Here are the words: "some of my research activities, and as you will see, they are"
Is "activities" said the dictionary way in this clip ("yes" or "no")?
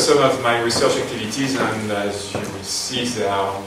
yes